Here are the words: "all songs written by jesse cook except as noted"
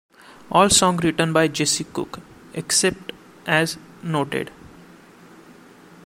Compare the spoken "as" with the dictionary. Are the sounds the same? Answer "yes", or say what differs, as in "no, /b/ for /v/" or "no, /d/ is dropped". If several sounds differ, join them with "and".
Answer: yes